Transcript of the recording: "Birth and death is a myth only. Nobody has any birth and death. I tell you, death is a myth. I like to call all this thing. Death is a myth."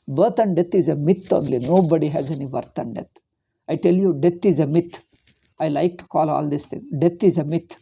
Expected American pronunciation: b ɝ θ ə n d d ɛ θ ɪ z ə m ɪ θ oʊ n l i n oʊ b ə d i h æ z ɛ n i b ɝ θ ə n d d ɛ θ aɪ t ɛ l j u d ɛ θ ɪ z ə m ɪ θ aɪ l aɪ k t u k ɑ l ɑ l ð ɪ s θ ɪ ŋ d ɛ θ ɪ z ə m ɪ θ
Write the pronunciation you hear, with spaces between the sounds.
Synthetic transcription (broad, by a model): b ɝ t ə n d d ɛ t ɪ z ə m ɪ t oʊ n l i n oʊ b ə d i h æ z ɛ n i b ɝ t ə n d d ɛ t aɪ t ɛ l j u d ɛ t ɪ z ə m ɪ t aɪ l aɪ k t u k ɑ l ɑ l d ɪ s t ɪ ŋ d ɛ t ɪ z ə m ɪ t